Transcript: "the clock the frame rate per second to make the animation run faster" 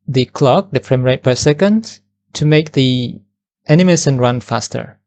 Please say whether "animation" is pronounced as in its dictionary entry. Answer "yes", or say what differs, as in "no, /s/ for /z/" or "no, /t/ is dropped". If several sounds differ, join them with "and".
no, /s/ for /ʃ/